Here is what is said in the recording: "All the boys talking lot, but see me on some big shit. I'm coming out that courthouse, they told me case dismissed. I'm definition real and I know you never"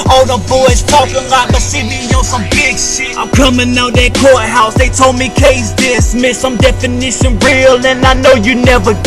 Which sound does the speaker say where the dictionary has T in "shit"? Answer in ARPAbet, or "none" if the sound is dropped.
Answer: none